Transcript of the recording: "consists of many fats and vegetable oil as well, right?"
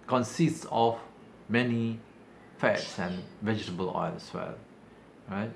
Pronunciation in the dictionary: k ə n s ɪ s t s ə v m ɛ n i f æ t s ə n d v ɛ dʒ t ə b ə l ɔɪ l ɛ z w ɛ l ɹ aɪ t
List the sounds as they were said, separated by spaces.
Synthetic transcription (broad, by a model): k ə n s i s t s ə f m ɛ n i f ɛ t s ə n v ɛ dʒ t ə b ə l ɔɪ l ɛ s w ɛ l ɹ aɪ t